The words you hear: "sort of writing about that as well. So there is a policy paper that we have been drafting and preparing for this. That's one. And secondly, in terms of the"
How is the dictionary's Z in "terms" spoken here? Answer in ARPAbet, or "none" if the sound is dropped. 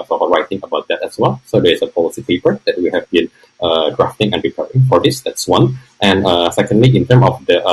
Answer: none